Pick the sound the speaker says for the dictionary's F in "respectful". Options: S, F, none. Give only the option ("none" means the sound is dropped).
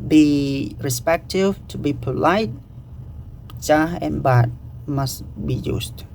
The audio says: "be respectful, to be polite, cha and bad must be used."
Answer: none